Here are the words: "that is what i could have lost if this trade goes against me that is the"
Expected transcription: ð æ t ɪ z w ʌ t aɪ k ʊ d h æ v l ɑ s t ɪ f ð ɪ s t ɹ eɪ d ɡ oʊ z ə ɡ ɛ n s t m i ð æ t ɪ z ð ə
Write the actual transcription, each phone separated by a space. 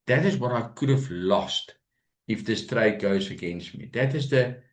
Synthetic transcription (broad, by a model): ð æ t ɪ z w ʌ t aɪ k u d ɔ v l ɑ s t ɪ f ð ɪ s t ɹ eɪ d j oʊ s ə ɡ ɛ n s t m i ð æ t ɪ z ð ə